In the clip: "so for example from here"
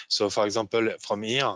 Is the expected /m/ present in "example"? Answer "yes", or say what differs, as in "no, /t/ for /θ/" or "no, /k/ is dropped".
no, /m/ is dropped